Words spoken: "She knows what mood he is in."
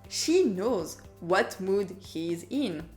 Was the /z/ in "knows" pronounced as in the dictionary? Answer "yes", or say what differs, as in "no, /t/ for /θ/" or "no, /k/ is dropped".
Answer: yes